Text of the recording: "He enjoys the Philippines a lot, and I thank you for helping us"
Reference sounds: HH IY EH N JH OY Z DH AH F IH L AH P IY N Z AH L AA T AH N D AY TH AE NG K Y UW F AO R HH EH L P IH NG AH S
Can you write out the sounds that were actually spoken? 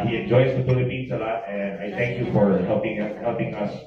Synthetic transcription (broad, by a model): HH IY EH N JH OY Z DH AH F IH L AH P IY N S AH L AA T AH N D AY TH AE NG K Y UW F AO R HH EH L P IH NG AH S